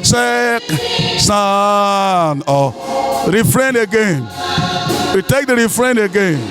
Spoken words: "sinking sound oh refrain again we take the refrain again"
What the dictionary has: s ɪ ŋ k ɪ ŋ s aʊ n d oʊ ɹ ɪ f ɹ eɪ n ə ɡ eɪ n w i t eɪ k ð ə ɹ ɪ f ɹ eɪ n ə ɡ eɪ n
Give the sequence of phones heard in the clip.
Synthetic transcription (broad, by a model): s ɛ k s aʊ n oʊ ɹ ɪ f ɹ eɪ n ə ɡ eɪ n w i t eɪ k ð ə ɹ ɪ f ɹ eɪ n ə ɡ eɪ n